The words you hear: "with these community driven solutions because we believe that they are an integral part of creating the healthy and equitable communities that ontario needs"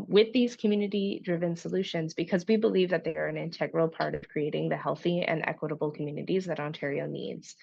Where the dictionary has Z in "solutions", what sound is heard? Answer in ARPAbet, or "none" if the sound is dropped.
Z